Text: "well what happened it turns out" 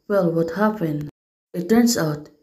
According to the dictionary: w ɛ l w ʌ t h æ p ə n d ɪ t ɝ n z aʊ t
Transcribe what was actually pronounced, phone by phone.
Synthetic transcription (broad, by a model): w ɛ l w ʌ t h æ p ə n ɪ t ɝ n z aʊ t